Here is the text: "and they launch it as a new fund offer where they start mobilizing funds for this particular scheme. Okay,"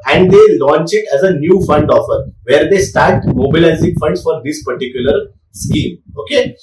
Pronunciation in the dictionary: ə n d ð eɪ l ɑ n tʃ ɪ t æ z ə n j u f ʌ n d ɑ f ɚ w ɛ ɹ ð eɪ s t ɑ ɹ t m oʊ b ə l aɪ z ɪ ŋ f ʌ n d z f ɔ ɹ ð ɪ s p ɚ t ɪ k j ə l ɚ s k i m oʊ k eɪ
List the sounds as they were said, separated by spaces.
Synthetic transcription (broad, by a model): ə n d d eɪ l ɑ n tʃ ɪ t æ z ə n j u f ʌ n d ɑ f ɚ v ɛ ɹ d eɪ s t ɑ ɹ t m oʊ b ə l aɪ z ɪ ŋ f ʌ n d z f ɔ ɹ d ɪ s p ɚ t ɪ k j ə l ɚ s k i m oʊ k eɪ